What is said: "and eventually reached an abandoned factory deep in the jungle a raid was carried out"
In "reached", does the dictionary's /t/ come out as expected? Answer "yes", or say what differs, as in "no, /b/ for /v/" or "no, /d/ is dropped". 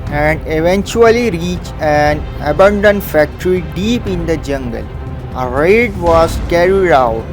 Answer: no, /t/ is dropped